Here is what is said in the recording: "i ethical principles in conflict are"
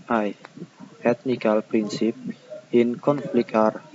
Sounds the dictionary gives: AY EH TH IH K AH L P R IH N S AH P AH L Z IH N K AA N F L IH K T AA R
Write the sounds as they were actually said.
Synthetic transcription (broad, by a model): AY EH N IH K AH L P R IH N S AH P IH N K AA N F L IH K AA R